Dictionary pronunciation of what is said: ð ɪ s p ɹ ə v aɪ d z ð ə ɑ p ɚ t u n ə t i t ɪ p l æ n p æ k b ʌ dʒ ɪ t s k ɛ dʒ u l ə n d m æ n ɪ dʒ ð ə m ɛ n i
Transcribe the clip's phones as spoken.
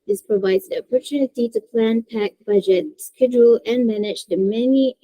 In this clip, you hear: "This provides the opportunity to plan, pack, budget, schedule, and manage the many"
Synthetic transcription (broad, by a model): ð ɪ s p ɹ ə v aɪ d z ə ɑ p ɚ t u n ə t i t ɪ p l æ n p æ k b ʌ dʒ ɪ t s k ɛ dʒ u l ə n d m æ n ɪ dʒ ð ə m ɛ n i